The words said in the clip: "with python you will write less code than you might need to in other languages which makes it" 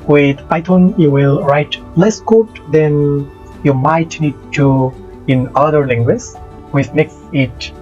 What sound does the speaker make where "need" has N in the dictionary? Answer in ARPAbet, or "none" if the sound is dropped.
N